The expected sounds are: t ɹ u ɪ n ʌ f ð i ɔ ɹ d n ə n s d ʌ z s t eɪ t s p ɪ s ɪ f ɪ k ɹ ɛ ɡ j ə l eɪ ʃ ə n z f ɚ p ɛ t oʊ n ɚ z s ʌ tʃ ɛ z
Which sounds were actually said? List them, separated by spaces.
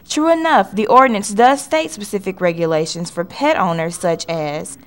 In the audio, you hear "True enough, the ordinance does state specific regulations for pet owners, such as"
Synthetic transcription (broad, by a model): t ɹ u ɪ n ʌ f ð i ɔ ɹ d n ə n s d ʌ z s t eɪ t s p ɪ s ɪ f ɪ k ɹ ɛ ɡ j ə l eɪ ʃ ə n z f ɚ p ɛ t oʊ n ɚ z s ʌ tʃ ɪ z